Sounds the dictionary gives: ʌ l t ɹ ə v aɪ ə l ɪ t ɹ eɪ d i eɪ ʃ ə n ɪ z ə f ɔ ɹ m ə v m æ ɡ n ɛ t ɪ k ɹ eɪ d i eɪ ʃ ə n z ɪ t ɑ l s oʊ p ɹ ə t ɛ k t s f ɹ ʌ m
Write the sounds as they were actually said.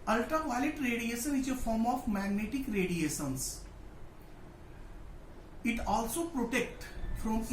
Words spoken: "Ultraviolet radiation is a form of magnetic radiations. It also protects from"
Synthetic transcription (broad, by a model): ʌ l t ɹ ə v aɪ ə l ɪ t ɹ eɪ d i eɪ ʃ ə n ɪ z ə f ɔ ɹ m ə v m æ ɡ n ɛ t ɪ k ɹ eɪ d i eɪ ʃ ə n s ɪ t ɑ l s oʊ p ɹ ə t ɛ k t f ɹ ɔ m